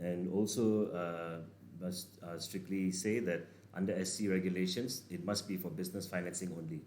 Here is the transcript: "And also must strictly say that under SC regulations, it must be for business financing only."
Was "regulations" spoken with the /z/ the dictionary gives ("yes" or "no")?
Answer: no